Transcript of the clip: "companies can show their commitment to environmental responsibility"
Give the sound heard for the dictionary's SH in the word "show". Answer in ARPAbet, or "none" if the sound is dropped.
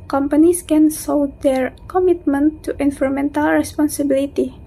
S